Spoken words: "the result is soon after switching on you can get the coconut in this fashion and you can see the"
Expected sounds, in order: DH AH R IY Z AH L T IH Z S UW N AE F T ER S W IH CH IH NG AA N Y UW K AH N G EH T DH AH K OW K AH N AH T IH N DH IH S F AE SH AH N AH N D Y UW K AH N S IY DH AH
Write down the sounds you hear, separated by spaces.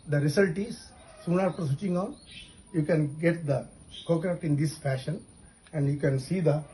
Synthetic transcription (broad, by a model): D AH R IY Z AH L T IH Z S UW N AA P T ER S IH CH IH NG AA N Y UW K AH N G EH T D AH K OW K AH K T IH N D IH S F AE SH AH N AH N D Y UW K AH N S IY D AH